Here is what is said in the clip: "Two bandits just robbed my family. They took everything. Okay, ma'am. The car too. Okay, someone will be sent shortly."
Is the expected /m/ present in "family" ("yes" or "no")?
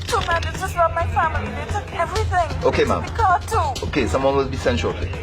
yes